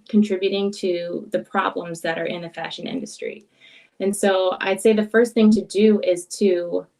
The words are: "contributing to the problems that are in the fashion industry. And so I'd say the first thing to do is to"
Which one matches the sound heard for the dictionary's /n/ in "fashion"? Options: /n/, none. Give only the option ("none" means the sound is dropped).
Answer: /n/